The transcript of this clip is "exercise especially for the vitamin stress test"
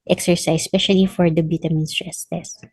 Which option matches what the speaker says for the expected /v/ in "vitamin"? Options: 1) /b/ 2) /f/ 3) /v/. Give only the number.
1